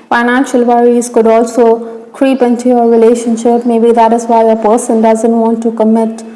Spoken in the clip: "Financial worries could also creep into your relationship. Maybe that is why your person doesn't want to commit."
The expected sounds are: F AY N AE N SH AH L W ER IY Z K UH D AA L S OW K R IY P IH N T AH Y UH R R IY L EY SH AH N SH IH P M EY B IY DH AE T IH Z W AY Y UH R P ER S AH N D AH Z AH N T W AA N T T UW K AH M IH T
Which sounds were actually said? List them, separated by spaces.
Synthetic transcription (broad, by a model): F AY N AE N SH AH L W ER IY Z K UH D AA L S OW K R IY P IH N T AH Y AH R R IY L EY SH AH N SH IH P M EY B IY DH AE T IH Z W AY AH P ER S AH N D AH Z AH N T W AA N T T UW K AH M IH T